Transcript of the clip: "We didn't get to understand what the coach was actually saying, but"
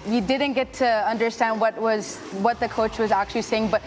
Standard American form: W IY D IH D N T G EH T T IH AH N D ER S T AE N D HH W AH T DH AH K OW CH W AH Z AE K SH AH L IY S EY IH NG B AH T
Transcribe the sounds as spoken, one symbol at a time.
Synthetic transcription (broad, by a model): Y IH D IH D N T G EH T T IH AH N D ER S T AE N D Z W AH T DH AH K OW CH W AH Z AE K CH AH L IY S EY IH NG B AH T